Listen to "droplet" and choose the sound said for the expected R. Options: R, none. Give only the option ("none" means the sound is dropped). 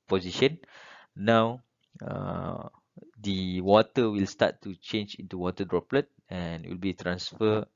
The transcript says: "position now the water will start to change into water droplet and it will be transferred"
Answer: R